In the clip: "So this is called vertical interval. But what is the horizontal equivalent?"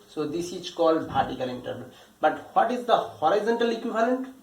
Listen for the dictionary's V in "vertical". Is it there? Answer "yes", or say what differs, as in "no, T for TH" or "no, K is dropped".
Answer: no, P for V